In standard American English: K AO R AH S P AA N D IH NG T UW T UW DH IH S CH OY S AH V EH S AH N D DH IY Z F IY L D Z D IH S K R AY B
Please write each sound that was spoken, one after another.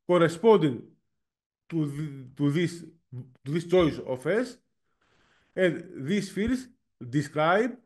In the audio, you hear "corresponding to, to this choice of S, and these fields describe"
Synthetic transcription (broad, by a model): K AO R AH S P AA N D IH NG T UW T UW DH IH S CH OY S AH F EH S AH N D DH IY S F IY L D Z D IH S K R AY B